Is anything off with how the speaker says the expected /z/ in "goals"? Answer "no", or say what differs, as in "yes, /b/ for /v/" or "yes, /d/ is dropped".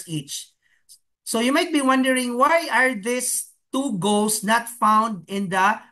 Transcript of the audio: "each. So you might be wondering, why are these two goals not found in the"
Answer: yes, /s/ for /z/